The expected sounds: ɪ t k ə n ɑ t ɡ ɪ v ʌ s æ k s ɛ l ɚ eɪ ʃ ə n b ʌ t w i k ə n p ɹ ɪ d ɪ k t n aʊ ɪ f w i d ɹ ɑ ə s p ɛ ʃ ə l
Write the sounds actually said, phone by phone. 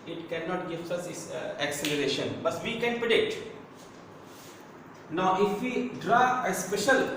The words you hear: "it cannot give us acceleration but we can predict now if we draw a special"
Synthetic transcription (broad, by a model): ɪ t k ə n ɑ t ɡ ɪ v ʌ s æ k s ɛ l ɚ eɪ ʃ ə n b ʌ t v i k ə n p ɹ ɪ d ɪ k t n aʊ ɪ f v i d ɹ ɑ ə s p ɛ ʃ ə l